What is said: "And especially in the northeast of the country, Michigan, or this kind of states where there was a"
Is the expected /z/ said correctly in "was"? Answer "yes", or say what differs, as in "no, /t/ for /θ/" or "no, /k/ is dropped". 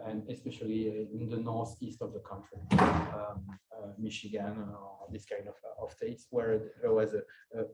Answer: yes